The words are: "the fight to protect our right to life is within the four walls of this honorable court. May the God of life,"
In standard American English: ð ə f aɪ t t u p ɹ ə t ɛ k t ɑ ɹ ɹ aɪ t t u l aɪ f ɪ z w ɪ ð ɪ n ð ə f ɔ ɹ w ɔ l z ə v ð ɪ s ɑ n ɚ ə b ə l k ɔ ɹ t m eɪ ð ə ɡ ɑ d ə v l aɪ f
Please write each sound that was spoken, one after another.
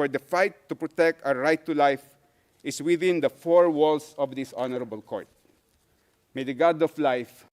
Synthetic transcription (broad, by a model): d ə f aɪ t t u p ɹ ə t ɛ k t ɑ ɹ ɹ aɪ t t u l aɪ f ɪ s w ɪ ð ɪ n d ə f ɔ ɹ w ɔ l s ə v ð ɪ s ɑ n ɚ ə b ə l k ɔ ɹ t m eɪ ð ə ɡ ɑ d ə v l aɪ f